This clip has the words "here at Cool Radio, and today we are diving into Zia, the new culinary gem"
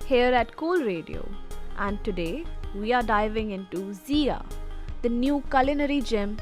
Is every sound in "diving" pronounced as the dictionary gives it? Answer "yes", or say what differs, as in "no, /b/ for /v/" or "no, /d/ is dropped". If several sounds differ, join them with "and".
yes